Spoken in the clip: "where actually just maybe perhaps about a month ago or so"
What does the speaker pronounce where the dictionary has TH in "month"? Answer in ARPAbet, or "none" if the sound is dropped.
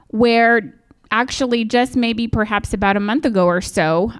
TH